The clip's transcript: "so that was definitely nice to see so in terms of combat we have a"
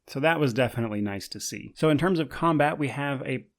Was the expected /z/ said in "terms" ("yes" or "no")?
yes